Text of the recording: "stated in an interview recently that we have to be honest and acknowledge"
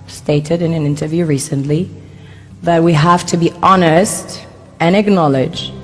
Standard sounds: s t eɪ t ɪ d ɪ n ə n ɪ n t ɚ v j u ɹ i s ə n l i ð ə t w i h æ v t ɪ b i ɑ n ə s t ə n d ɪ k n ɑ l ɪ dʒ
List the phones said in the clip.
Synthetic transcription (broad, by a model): s t eɪ t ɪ d ɪ n ə n ɪ n t ɚ v j u ɹ i s ə n l i ð ə t w i h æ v t ɪ b i ɑ n ə s t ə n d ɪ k n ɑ l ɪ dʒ